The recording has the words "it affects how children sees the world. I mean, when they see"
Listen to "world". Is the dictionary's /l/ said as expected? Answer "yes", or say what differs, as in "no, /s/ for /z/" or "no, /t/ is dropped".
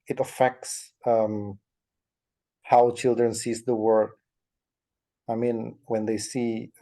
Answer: no, /l/ is dropped